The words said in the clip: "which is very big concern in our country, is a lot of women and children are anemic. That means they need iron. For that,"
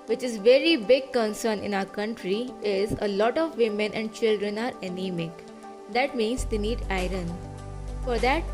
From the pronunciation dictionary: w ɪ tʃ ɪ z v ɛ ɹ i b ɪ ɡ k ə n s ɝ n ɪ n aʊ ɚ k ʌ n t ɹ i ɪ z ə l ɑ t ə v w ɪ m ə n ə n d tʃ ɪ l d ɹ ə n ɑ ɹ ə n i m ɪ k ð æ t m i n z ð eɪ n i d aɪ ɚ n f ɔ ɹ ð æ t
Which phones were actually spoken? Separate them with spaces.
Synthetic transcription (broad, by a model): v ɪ tʃ ɪ z v ɛ ɹ i b ɪ ɡ k ə n s ɝ n ɪ n aʊ ɚ k ʌ n t ɹ i ɪ z ə l ɑ t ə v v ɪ m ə n ə n d tʃ ɪ l d ɹ ə n ɑ ɹ ə n i m ɪ k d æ t m i n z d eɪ n i d aɪ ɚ n f ɔ ɹ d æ t